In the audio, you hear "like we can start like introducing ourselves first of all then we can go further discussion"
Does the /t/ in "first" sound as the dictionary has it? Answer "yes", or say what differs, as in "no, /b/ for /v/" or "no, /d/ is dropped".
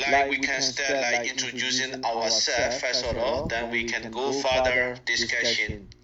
no, /t/ is dropped